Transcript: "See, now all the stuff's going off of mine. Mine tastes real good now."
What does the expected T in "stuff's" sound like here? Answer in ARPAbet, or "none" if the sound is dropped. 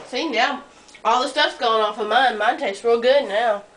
T